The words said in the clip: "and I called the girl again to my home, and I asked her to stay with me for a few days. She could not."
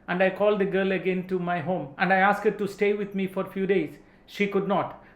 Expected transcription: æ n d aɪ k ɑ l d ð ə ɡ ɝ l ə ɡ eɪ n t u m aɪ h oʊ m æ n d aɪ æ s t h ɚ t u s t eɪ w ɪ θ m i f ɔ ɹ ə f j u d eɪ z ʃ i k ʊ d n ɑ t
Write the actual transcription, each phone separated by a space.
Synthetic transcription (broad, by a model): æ n d aɪ k ɑ l d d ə ɡ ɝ l ə ɡ eɪ n t u m aɪ h oʊ m æ n d aɪ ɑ s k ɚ t u s t eɪ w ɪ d m i f ɔ ɹ ə f j u d eɪ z ʃ i k ʊ d n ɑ t